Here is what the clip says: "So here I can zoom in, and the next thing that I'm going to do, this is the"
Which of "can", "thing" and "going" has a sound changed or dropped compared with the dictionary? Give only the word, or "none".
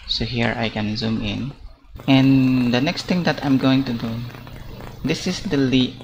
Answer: thing